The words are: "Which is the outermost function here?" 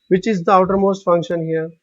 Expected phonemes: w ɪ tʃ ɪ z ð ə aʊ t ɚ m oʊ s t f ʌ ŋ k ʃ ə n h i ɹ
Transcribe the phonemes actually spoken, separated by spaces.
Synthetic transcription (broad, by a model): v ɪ tʃ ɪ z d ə aʊ t ɚ m oʊ s t f ʌ ŋ k ʃ ə n h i ɹ